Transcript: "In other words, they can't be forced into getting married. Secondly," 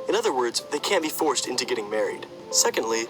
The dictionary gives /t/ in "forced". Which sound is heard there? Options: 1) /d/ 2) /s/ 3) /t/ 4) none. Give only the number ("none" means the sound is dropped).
3